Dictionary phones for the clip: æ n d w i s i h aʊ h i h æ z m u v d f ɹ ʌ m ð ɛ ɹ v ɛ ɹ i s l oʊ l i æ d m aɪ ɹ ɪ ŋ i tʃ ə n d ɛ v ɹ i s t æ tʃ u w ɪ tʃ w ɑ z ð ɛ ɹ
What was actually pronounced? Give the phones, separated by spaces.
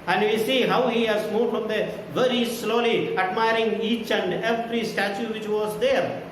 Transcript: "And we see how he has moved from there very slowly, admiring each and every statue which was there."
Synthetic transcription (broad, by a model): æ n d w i s i h aʊ h i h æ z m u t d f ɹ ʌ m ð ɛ v ɛ ɹ i s l oʊ l i æ d m aɪ ɹ ɪ ŋ i tʃ ə n d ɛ p ɹ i s t æ tʃ u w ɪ tʃ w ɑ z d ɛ ɹ